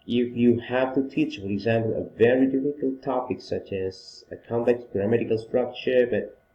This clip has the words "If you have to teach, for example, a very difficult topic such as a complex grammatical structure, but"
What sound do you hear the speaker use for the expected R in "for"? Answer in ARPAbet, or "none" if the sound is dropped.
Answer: R